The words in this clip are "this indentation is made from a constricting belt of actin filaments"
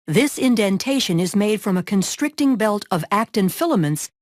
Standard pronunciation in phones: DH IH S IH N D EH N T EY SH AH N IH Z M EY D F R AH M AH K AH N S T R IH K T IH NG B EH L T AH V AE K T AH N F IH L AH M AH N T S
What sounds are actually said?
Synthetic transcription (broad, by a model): DH IH S IH N D EH N T EY SH AH N IH Z M EY D F R AH M AH K AH N S T R IH K T IH NG B EH L T AH V AE K T AH N F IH L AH M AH N T S